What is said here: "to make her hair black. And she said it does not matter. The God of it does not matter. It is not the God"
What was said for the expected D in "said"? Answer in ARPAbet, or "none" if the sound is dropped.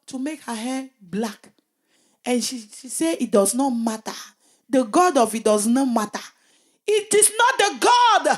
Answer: none